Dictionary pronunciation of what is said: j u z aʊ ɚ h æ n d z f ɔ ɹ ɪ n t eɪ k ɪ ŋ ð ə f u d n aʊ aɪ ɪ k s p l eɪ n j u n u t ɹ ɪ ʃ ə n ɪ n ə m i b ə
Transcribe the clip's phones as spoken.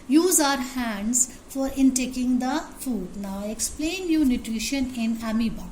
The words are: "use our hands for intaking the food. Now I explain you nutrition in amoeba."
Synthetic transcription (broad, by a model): j u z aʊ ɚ h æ n d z f ɔ ɹ ɪ n t eɪ k ɪ ŋ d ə f u d n aʊ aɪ ɪ k s p l eɪ n j u n u t ɹ ɪ ʃ ə n ɪ n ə m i b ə